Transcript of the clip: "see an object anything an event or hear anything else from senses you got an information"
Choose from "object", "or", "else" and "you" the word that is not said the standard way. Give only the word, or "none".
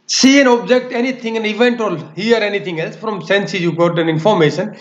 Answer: or